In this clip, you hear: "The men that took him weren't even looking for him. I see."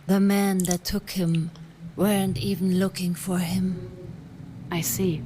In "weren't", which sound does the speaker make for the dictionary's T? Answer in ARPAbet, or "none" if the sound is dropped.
T